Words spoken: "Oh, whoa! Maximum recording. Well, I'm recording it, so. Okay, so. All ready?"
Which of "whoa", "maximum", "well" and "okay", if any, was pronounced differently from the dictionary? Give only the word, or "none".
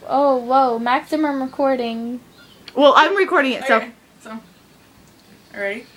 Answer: okay